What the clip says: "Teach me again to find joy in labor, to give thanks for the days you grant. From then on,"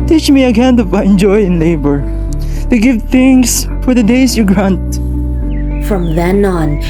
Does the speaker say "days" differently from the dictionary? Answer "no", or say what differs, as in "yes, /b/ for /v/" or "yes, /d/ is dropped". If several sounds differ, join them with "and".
yes, /s/ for /z/